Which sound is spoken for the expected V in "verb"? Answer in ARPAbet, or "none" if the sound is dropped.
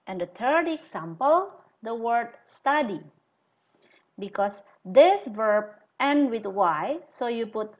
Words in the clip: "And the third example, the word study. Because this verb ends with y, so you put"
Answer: V